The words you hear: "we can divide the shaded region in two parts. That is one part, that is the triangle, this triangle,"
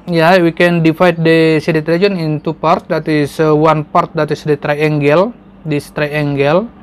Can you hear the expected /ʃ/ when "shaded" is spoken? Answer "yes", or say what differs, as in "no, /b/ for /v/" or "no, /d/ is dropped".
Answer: no, /s/ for /ʃ/